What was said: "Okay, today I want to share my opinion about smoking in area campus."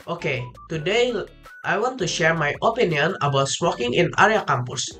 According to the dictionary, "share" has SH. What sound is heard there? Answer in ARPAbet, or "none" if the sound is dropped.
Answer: SH